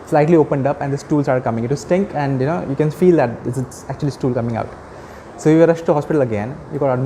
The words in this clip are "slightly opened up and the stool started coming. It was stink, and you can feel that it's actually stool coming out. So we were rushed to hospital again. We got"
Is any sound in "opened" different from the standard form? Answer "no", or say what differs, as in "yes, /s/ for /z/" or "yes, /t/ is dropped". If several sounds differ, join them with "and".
no